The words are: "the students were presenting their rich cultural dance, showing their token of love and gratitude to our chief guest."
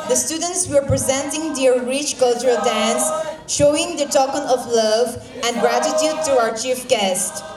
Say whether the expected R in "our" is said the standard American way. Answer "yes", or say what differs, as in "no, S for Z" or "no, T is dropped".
yes